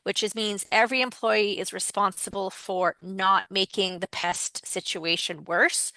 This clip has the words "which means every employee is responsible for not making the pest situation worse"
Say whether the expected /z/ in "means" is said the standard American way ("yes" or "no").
yes